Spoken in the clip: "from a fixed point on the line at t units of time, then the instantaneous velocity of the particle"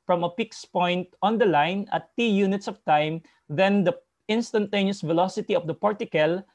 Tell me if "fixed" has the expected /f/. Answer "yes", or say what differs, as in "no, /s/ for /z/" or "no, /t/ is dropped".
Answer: no, /p/ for /f/